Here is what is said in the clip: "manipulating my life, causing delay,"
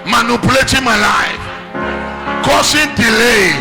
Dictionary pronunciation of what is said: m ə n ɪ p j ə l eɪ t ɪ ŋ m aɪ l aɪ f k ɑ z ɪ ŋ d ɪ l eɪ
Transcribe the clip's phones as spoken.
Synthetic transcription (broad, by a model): m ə n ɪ p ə l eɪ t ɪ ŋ m aɪ l aɪ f k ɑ s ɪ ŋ d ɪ l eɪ